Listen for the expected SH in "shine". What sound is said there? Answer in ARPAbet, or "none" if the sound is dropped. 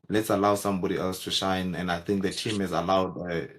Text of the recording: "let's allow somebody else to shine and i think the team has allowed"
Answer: SH